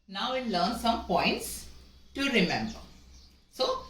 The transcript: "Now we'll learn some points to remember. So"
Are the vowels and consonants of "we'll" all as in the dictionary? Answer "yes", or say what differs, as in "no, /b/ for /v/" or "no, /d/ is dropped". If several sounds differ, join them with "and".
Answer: no, /n/ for /l/